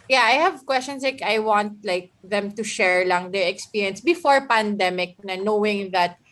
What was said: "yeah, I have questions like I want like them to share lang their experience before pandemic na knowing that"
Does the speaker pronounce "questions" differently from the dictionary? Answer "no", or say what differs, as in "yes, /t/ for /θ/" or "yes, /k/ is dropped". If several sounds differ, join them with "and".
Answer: yes, /s/ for /z/